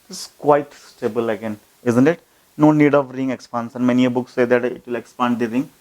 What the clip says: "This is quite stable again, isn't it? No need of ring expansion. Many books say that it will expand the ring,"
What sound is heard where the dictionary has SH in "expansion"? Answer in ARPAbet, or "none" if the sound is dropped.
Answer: S